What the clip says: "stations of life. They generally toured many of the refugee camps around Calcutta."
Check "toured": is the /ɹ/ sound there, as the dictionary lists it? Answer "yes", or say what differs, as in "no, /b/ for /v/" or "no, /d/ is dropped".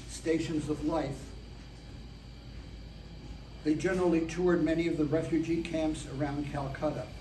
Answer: yes